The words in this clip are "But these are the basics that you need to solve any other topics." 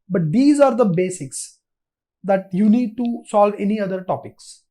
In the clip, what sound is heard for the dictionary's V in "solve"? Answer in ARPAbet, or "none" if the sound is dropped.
V